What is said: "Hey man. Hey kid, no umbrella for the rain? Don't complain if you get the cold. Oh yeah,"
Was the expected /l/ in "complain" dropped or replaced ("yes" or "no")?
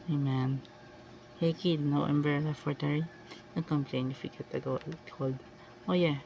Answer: no